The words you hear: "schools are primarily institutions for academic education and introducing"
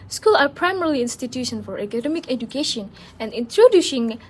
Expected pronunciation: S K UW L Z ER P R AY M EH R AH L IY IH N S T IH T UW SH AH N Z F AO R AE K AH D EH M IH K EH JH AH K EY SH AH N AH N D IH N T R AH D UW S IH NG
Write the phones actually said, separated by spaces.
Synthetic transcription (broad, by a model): S K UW L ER P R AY M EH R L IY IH N S T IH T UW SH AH N F AO R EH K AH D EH M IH K EH JH AH K EY SH AH N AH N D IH N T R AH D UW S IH NG